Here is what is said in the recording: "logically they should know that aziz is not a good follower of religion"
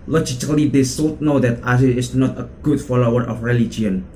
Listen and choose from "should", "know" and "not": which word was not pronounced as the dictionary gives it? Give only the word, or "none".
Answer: should